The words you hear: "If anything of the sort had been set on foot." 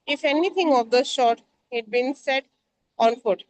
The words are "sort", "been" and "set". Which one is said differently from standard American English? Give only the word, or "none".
sort